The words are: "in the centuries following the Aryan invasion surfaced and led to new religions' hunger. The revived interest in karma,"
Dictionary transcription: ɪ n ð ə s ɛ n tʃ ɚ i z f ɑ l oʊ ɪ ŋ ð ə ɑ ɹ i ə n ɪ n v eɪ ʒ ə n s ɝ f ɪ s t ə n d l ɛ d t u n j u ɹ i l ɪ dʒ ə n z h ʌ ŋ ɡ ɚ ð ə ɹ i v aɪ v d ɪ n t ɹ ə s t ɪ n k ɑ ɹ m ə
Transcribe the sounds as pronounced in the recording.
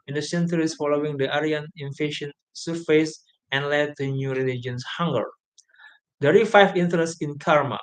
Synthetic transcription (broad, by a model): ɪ n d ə s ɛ n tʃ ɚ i s f ɑ l oʊ ɪ ŋ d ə ɑ ɹ i ə n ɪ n f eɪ ʃ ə n s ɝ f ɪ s ə n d l ɛ d t u n j u ɹ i l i dʒ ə n s h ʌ ŋ ɡ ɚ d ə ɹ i f aɪ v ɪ n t ɹ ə s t ɪ n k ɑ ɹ m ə